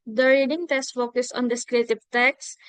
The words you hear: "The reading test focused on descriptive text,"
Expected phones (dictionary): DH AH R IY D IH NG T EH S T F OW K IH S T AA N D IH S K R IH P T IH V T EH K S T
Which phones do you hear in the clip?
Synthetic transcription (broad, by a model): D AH R IY D IH NG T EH S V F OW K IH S AA N D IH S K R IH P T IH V T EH K S